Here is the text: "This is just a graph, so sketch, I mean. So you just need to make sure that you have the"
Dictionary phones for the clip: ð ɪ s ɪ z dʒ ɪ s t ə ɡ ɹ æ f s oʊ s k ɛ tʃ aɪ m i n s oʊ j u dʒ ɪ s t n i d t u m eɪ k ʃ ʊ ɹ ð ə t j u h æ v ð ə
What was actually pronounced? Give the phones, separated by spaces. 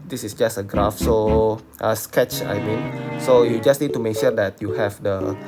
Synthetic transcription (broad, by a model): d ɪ s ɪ s dʒ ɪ s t ə ɡ ɹ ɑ f s oʊ s k ɛ tʃ aɪ m i n s oʊ j u dʒ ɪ s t n i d t u m eɪ k ʃ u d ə t j u h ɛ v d ə